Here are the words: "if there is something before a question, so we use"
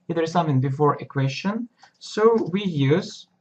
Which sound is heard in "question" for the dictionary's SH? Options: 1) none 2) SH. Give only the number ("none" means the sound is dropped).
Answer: 2